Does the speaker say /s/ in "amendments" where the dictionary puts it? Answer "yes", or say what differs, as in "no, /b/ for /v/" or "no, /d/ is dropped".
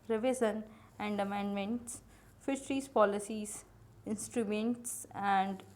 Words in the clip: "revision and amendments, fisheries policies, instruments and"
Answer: yes